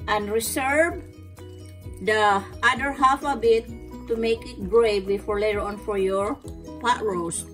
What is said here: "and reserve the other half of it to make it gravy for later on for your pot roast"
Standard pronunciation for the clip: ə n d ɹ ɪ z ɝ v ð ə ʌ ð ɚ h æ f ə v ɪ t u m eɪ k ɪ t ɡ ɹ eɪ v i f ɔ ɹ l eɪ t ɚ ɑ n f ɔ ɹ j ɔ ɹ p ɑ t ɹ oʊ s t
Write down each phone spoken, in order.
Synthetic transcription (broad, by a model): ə n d ɹ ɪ s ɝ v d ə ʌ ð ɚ h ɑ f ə b ɪ t u m eɪ k ɪ t ɡ ɹ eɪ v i f ɔ ɹ l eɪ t ɑ n f ɔ ɹ j ɔ ɹ p ɑ t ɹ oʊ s